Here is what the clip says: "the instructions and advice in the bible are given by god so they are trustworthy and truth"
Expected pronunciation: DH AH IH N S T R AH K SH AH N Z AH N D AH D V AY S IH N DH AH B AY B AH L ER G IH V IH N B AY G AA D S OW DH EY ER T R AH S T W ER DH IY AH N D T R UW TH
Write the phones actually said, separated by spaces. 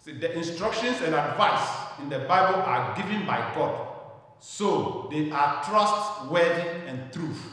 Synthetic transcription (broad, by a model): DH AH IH N S T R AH K SH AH N S AH N D AH D V AY S IH N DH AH B AY B AH L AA G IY V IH N B AY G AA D S OW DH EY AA T R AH S T W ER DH IY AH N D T R UW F